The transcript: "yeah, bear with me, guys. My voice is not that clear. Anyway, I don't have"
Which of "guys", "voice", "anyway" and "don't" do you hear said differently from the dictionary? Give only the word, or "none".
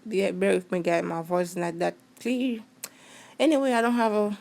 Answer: guys